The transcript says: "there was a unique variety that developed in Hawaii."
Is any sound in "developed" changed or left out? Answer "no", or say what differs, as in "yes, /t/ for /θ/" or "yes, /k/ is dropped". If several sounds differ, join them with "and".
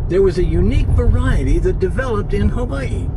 no